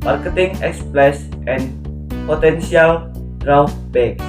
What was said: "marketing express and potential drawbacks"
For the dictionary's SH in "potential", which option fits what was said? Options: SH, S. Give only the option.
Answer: S